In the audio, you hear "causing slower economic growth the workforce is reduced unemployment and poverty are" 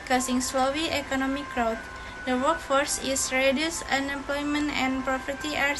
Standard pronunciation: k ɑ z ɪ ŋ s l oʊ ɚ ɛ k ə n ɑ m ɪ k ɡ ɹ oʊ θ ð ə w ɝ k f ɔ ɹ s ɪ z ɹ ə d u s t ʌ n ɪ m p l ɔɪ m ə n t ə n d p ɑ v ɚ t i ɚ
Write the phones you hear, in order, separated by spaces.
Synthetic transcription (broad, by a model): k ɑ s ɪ ŋ s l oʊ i ɛ k ə n ɑ m ɪ k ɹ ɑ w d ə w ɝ k f ɔ ɹ s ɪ s ɹ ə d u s ʌ n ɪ m p l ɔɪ m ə n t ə n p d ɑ p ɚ t i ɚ